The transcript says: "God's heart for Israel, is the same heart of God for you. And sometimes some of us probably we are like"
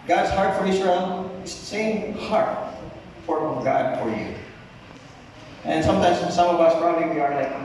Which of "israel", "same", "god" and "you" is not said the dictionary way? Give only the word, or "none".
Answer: israel